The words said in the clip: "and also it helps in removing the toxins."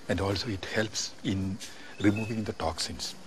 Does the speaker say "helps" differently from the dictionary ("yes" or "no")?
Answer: no